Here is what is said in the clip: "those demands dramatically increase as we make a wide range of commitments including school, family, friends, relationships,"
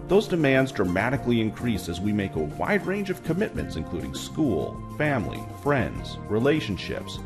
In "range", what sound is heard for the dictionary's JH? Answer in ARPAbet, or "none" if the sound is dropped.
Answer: JH